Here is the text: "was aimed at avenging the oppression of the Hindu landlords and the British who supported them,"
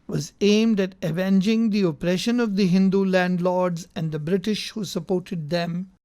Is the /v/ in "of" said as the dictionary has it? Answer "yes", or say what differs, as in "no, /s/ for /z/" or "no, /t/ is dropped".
yes